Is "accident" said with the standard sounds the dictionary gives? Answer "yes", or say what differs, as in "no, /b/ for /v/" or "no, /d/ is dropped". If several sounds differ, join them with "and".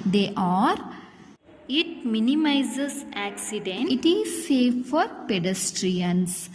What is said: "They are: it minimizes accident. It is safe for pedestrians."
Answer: no, /t/ is dropped